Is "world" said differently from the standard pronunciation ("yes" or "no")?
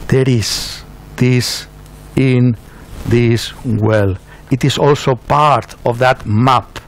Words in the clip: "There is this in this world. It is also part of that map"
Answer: yes